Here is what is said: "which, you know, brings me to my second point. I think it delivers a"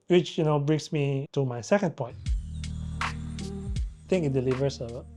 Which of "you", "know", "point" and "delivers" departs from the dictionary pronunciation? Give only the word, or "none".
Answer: delivers